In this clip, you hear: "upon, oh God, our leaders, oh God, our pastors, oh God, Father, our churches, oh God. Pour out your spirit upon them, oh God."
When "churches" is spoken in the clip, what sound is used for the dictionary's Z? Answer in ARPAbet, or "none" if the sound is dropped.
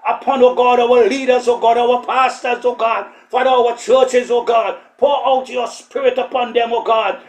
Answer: Z